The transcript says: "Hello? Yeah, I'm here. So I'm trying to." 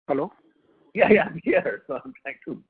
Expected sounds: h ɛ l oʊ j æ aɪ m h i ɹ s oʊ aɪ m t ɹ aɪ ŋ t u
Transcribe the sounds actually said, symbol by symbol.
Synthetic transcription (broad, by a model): h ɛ l oʊ j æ aɪ m h i ɹ s oʊ aɪ m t aɪ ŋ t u